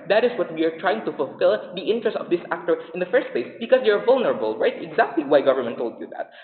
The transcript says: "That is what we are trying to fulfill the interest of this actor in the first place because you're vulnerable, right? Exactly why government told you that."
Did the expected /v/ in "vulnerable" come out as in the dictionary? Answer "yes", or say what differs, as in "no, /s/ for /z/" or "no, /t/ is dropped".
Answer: yes